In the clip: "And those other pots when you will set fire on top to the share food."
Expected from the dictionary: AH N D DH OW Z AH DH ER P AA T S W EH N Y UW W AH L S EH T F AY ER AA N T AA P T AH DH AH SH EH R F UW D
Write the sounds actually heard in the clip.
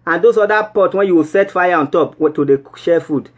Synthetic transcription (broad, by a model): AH N D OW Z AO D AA P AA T W EH N Y UW W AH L S EH T F AY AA AA N T AA P T AH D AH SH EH F UW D